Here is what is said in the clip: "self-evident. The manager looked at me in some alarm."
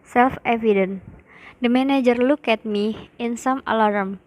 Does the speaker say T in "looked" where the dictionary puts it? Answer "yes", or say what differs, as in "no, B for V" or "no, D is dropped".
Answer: no, T is dropped